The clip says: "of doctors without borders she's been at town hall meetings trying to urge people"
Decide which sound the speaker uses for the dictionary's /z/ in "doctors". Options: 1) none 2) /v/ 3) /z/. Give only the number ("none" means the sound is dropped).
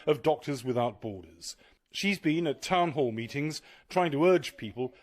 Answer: 3